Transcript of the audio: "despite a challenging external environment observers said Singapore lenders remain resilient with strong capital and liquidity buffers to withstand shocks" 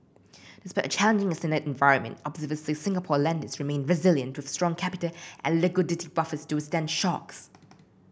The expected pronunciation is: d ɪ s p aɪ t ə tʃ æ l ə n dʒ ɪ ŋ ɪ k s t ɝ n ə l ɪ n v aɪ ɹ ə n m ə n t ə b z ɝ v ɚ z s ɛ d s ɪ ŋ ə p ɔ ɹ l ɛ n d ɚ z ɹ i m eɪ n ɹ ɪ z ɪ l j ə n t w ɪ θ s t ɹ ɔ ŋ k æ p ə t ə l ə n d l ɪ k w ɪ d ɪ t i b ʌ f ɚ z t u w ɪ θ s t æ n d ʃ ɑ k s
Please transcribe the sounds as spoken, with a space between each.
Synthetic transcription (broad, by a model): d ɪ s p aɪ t ə tʃ æ l ə n dʒ ɪ ŋ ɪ s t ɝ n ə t ɪ n v aɪ ɹ ə n m ə n t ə b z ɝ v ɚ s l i s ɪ ŋ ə p ɔ l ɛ n d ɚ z ɹ i m eɪ n ɹ ɪ z ɪ l j ə n t w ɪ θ s t ɹ ɔ ŋ k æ p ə t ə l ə n l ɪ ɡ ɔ d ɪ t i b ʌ f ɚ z t u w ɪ s t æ n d ʃ ɑ k s